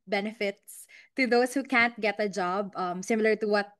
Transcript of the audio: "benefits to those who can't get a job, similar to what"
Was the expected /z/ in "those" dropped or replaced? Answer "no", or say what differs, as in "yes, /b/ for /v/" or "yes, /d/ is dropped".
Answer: yes, /s/ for /z/